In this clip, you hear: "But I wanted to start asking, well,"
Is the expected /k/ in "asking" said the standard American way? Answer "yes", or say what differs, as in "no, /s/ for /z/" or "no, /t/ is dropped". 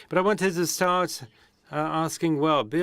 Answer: yes